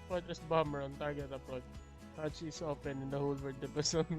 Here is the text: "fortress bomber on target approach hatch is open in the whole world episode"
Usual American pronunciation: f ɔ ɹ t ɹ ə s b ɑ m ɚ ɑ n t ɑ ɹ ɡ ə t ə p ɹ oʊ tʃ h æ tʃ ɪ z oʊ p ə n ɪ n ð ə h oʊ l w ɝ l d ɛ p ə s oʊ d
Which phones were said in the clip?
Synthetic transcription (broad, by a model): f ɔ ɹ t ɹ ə s b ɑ m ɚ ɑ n t ɑ ɹ ɡ ə t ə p oʊ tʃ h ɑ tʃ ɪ s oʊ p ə n ɪ n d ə h oʊ l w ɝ d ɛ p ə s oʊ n